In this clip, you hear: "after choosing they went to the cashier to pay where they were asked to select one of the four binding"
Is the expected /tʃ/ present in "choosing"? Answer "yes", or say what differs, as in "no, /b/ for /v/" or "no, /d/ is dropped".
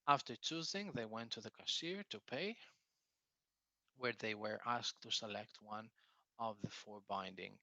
yes